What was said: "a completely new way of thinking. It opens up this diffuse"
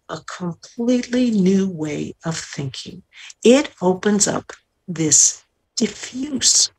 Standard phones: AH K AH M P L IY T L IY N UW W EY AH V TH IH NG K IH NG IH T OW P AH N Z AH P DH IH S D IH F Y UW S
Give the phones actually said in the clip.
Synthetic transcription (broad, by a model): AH K AH M P L IY T L IY N UW W EY AH V TH IH NG K IH NG IH T OW P AH N Z AH P DH IH S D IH F Y UW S